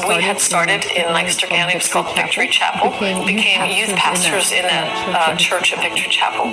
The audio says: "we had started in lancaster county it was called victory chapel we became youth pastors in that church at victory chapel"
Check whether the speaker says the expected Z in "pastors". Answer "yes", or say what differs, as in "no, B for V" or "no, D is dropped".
yes